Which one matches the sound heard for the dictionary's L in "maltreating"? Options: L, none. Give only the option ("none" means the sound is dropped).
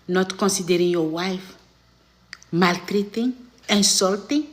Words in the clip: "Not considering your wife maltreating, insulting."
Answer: L